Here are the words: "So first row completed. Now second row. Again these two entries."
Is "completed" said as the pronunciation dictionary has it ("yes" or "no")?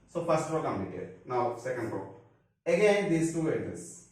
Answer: no